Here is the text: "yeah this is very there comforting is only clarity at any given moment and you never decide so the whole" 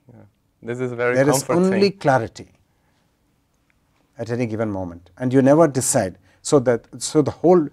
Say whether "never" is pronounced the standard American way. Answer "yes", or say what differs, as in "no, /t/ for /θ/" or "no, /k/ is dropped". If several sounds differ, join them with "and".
yes